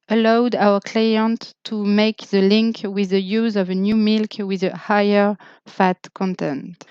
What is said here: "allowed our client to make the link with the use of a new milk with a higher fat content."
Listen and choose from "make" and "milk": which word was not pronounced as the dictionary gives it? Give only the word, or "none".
none